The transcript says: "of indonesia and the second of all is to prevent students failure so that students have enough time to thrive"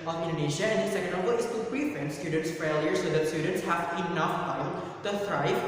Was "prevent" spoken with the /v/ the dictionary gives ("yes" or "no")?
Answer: no